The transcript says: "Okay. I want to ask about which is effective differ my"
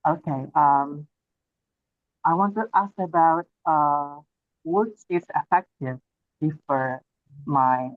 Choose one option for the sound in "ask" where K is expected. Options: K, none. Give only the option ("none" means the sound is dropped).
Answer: K